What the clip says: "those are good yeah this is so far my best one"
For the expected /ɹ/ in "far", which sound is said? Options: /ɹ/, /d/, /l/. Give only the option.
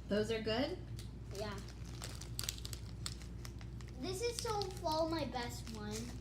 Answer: /l/